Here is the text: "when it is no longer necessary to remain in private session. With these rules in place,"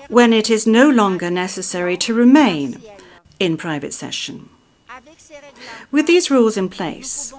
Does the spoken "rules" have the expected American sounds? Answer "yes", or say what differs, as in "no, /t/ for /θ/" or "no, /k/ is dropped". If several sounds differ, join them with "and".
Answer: yes